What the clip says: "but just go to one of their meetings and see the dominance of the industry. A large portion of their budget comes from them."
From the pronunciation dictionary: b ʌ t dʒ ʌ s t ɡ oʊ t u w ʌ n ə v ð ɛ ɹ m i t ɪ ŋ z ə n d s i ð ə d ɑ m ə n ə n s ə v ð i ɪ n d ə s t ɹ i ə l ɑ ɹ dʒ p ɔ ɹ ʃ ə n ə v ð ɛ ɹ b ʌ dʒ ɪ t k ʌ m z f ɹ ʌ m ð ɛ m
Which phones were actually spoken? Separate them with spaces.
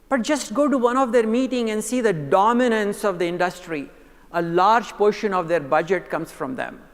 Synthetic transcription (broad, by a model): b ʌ t dʒ ʌ s t ɡ oʊ t u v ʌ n ə v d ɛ ɹ m i t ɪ ŋ ə n d s i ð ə d ɑ m ə n ə n s ə v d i ɪ n d ə s t ɹ i ə l ɑ ɹ dʒ p ɔ ɹ ʃ ə n ə v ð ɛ ɹ b ʌ dʒ ɪ t k ʌ m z f ɹ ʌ m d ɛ m